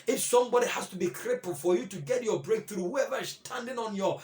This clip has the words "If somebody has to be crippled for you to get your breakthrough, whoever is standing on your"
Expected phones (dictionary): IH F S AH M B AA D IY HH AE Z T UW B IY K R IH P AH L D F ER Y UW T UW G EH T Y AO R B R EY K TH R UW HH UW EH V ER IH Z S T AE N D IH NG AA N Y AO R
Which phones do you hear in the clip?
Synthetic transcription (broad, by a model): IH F S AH M B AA D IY HH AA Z T UW B IY K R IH P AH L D F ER Y UW T UW G EH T Y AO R B R EY K TH R UW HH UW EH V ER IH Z S T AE N D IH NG AA N Y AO